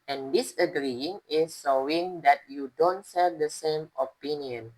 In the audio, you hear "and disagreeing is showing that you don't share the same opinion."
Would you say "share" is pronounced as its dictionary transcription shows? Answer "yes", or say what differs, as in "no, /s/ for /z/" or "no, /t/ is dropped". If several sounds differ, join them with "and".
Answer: no, /s/ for /ʃ/